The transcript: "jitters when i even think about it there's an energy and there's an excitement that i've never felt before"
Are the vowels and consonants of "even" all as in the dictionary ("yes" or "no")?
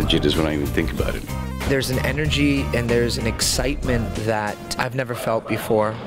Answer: yes